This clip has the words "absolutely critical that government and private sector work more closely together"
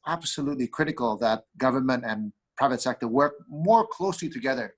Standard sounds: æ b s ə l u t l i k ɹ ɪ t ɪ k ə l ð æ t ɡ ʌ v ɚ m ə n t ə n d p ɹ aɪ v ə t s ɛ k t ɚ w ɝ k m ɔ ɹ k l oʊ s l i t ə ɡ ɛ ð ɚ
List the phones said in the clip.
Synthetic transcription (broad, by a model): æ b s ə l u t l i k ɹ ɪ t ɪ k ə l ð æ t ɡ ʌ v ɚ m ə n t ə n p ɹ aɪ v ə t s ɛ k t ɚ w ɝ k m ɔ ɹ k l oʊ s l i t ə ɡ ɛ ð ɚ